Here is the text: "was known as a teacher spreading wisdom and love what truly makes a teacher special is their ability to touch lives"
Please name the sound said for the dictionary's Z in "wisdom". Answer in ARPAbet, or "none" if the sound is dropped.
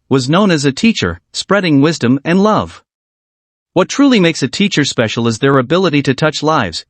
Z